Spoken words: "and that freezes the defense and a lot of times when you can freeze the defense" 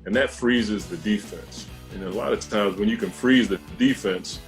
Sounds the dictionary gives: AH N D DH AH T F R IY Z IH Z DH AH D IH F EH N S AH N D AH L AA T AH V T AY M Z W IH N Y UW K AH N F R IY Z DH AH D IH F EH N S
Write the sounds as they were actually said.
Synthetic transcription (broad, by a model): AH N DH AH T F R IY Z IH Z DH AH D IH F EH N S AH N AH L AA T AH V T AY M Z W IH N Y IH K AH N F R IY Z DH AH D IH F EH N S